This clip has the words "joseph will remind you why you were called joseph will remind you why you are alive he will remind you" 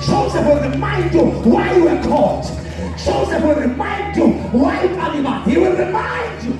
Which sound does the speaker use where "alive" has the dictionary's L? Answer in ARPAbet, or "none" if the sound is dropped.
N